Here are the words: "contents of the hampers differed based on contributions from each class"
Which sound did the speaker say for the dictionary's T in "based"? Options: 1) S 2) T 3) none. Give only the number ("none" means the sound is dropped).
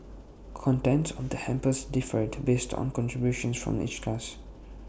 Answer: 2